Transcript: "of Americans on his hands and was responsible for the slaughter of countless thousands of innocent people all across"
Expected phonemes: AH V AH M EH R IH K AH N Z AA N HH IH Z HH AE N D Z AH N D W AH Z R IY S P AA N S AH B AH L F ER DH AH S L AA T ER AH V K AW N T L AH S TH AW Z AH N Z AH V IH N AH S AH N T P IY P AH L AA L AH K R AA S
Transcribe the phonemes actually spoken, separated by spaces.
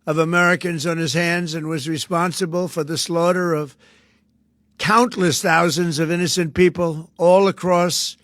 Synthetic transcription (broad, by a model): AH V AH M EH R IH K AH N Z N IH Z HH AE N D Z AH N W AH Z R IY S P AA N S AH B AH L F ER DH AH S L AA T ER AH V K AW N T L AH S TH AW Z AH N Z AH V IH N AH S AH N P IY P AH L AA L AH K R AA S